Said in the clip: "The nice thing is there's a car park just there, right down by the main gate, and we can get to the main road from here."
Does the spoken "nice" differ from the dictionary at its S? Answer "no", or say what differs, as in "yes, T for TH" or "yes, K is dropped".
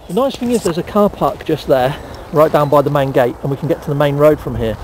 no